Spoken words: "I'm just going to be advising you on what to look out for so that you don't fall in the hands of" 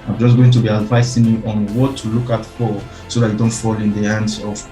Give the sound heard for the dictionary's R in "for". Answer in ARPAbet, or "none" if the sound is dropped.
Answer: L